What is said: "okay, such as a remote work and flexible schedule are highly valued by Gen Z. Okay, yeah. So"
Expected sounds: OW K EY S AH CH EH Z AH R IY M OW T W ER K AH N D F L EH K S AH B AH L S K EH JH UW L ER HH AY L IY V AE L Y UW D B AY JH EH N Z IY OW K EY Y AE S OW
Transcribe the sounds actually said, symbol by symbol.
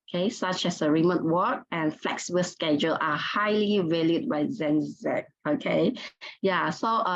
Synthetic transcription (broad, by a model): K EY S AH CH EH S AH R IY M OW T W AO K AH N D F L EH K S AH B AH L S K EH JH UW L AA HH AY L IY V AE L Y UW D B AY Z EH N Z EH OW K EY Y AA S OW